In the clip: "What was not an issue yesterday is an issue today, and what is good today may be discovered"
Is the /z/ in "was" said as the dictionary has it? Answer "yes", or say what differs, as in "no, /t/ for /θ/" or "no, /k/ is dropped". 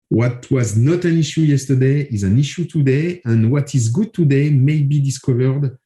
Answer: yes